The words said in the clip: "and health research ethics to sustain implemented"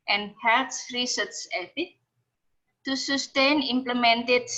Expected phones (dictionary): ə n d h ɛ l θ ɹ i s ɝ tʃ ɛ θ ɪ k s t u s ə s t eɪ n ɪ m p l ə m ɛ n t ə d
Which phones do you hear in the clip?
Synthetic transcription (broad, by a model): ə n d h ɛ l s ɹ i s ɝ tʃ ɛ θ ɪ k t u s ə s t eɪ n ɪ m p l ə m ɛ n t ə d